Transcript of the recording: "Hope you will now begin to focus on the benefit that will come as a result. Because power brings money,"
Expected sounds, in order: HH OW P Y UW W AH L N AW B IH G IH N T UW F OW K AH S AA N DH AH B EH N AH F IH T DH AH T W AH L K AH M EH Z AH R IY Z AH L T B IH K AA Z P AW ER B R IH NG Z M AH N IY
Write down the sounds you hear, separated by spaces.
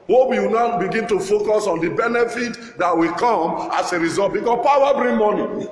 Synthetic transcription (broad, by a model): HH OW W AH N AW B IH G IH N T UW F OW K AH S AA N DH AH B EH N AH F IH T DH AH T W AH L K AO M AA S AH R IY Z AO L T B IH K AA P AW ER B R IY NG M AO N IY